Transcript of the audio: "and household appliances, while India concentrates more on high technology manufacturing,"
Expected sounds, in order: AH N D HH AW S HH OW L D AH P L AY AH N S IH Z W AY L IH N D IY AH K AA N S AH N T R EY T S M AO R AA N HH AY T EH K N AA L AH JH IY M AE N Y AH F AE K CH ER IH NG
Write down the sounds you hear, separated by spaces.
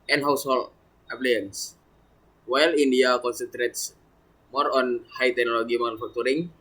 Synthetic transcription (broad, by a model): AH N HH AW S HH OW L AH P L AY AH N S W AY L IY N D IY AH K AA N S AH N T R EY T S M AO R AA N HH AY T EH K N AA L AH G IY M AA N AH F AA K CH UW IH NG